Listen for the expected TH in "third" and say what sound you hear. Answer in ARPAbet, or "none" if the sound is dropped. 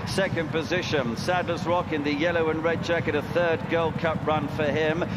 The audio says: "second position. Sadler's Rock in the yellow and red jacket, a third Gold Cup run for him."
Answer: TH